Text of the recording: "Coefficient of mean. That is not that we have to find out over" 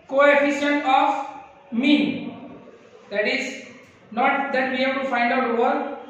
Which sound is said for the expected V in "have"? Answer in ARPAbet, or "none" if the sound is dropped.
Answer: B